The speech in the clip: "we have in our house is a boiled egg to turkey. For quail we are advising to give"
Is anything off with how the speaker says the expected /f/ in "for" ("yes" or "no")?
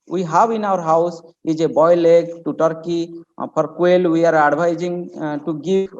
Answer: yes